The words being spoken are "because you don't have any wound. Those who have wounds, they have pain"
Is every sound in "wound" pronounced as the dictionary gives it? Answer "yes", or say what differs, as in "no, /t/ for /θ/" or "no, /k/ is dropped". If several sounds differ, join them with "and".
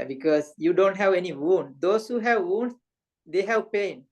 yes